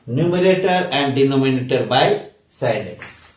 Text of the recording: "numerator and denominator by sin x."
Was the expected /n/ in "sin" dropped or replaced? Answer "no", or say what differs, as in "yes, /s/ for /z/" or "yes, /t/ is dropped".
yes, /l/ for /n/